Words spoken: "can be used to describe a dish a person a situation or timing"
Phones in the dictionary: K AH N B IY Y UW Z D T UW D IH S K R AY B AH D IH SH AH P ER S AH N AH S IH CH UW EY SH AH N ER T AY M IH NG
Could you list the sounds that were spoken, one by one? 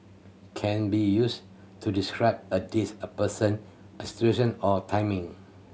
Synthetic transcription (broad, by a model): K AH N B IY Y UW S T UW D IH S K R AY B AH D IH S AH P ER S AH N AH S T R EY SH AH N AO T AY M IH NG